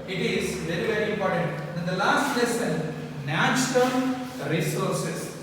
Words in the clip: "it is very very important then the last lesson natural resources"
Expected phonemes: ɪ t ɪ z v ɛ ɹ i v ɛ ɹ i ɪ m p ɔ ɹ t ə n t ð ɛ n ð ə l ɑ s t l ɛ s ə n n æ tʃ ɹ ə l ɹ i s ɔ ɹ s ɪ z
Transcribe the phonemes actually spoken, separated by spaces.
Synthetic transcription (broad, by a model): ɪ t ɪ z v ɛ ɹ i v ɛ ɹ i ɪ m p ɔ ɹ t ə n t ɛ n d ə l ɑ s t l ɛ s ə n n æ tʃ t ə n ɹ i s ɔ ɹ s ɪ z